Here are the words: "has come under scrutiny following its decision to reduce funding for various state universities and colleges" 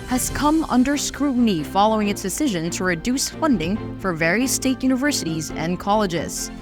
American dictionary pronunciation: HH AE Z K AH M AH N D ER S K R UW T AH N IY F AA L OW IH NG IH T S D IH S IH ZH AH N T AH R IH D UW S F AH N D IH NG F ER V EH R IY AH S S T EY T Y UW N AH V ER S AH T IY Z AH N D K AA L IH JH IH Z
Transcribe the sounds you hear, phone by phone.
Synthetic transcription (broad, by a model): HH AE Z K AH M AH N D ER S K R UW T N IY F AA L OW IH NG IH T S D IH S IH ZH AH N T AH R IH D UW S F AH N D IH NG F ER V EH R IY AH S S T EY T Y UW N AH V ER S AH T IY Z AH N K AA L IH JH IH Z